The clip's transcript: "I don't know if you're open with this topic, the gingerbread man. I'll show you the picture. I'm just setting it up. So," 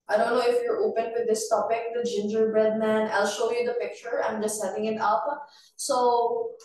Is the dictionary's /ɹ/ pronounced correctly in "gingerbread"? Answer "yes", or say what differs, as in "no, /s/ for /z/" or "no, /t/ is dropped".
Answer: yes